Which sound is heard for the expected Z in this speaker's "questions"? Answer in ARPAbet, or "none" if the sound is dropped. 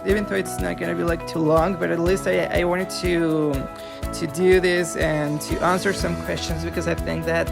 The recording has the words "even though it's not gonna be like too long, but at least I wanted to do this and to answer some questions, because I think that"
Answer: Z